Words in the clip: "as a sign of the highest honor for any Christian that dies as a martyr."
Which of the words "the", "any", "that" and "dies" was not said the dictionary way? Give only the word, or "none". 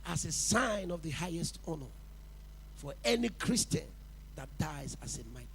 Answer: none